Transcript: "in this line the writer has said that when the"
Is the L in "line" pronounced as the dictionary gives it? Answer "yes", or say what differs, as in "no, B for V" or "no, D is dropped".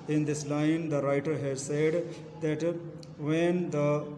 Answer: yes